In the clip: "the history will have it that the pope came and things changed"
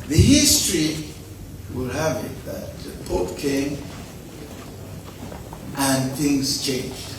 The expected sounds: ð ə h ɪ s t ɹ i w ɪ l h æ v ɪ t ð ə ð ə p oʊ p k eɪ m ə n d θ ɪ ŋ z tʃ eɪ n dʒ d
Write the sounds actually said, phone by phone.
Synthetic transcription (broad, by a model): ð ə h ɪ s t ɹ i w ɪ l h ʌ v ɪ t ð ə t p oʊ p k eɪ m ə n θ ɪ ŋ z tʃ eɪ n dʒ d